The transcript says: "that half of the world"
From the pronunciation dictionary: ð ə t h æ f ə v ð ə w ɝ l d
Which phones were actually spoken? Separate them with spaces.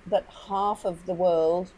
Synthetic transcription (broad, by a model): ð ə t h æ f ə v ð ə w ɝ l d